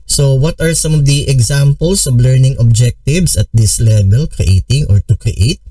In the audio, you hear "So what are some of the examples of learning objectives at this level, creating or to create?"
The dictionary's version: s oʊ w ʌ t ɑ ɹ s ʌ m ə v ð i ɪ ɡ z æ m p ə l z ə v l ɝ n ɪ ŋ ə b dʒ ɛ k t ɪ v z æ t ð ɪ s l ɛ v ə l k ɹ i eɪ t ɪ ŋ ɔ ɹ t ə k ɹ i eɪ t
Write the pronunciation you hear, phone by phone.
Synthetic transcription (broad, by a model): s oʊ w ʌ t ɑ ɹ s ʌ m ə v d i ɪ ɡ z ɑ m p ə l s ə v l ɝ n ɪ ŋ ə b dʒ ɛ k t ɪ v s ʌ t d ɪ s l ɛ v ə l k ɹ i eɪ t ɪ ŋ ɔ ɹ t ə k ɹ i eɪ t